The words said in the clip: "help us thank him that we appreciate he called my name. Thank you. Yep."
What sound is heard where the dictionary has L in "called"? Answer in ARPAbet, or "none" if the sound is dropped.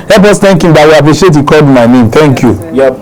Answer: none